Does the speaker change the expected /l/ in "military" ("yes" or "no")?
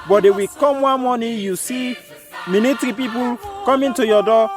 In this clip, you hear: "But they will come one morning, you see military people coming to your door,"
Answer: yes